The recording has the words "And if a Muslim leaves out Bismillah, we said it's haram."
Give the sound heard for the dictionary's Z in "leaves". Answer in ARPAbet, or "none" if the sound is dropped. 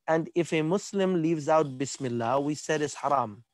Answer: Z